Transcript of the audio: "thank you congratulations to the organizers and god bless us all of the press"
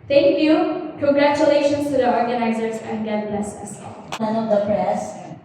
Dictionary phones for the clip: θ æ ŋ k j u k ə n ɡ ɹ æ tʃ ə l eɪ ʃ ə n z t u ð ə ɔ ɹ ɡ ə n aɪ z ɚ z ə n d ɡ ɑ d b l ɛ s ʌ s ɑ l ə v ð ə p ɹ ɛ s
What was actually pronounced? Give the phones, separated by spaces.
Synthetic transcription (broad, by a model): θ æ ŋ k j u k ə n ɡ ɹ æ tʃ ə l eɪ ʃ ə n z t u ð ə ɔ ɹ ɡ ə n aɪ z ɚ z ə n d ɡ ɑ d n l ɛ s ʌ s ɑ n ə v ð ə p ɹ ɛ s